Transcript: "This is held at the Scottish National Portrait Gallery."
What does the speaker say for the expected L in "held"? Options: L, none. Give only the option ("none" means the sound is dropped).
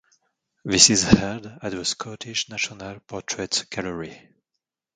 none